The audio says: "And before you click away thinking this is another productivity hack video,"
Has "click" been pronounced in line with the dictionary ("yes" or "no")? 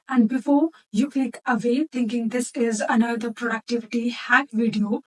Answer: no